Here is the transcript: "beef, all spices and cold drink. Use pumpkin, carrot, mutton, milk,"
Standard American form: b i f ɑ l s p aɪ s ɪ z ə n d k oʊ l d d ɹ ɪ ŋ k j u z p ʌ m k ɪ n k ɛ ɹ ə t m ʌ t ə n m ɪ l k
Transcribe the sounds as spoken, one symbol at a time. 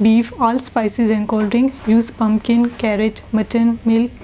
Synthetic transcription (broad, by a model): b i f ɑ l s p aɪ s ɪ z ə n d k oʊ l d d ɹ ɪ ŋ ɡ j u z p ʌ m k ɪ n k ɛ ɹ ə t m ʌ t ə n m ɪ l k